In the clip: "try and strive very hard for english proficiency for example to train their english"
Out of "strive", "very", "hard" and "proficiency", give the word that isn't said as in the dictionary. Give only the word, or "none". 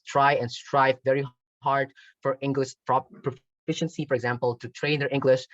none